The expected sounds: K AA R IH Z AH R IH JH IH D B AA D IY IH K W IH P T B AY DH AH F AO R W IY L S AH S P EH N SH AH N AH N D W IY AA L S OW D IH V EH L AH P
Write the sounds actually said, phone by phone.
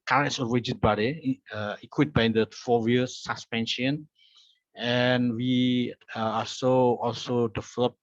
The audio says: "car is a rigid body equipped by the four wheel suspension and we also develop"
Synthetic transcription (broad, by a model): K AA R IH S AH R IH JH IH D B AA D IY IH K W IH T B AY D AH F AO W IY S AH S P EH N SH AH N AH N W IY AA L S OW D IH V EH L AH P